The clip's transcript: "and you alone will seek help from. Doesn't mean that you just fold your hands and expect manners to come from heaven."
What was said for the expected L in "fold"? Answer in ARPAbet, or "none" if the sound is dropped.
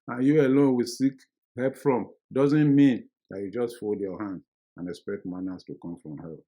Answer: L